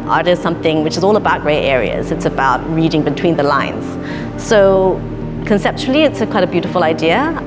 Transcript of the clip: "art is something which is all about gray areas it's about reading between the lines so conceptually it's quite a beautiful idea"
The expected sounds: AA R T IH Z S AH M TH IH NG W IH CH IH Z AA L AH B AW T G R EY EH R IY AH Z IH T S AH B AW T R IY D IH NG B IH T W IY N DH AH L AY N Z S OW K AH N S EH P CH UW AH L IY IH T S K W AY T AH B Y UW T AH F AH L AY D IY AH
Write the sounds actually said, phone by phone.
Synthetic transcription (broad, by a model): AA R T IH Z S AH M TH IH NG W IH CH IH Z AA L AH B AW T G R EY EH R IY AH Z IH T S AH B AW T R IY D IH NG B IH T W IY N DH AH L AY N Z S OW K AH N S EH P CH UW L IY IH T S K W AY T AH B Y UW T AH F AH L AY D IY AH